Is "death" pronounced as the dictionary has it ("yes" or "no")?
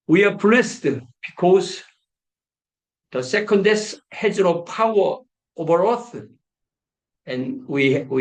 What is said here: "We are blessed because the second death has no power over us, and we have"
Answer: no